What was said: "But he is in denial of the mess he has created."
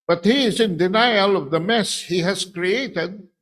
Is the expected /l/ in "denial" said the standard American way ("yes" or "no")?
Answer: yes